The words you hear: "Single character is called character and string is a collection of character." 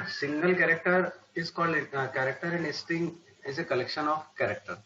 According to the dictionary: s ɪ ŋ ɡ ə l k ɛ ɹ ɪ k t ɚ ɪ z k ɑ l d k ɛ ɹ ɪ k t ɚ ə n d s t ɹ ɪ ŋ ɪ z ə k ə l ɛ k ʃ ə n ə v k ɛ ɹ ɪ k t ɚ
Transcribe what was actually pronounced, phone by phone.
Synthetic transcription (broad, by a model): s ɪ ŋ ɡ ə l k ɛ ɹ ɪ k t ɚ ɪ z k ɑ l d k ɛ ɹ ɪ k t ɚ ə n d s t ɪ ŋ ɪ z ə k ə l ɛ k ʃ ə n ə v k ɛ ɹ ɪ k t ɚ